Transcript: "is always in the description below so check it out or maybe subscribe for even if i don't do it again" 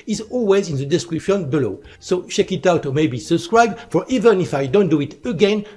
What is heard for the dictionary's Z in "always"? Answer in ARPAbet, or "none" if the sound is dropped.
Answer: Z